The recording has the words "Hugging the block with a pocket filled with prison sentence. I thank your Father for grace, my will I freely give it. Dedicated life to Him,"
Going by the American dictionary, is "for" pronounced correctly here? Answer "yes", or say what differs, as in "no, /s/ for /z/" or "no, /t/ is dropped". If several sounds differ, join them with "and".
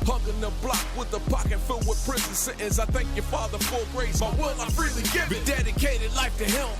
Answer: no, /l/ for /ɹ/